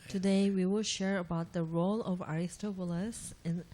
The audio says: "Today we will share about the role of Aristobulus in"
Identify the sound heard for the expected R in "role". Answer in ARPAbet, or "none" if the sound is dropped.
R